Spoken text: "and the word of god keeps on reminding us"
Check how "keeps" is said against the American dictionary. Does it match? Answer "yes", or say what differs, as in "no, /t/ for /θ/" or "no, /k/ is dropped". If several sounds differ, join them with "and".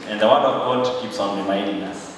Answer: yes